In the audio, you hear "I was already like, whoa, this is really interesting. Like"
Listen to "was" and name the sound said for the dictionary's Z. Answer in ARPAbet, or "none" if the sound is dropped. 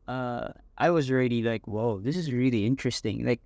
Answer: Z